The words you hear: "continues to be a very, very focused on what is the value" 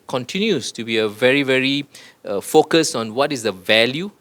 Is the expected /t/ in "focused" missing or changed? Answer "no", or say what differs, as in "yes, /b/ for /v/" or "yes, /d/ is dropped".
yes, /t/ is dropped